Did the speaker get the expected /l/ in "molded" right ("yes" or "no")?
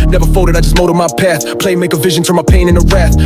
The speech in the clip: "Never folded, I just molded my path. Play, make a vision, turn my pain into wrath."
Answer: no